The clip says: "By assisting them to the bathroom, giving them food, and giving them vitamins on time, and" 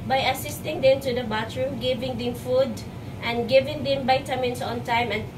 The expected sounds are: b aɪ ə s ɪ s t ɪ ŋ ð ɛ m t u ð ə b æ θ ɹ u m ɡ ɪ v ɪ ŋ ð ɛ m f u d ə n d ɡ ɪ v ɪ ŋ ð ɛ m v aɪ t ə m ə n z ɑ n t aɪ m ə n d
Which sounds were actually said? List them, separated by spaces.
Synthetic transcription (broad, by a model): b aɪ ə s ɪ s t ɪ ŋ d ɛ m t u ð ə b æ t ɹ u m ɡ ɪ v ɪ ŋ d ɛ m f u d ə n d ɡ ɪ v ɪ ŋ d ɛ m b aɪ t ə m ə n s ɑ n t aɪ m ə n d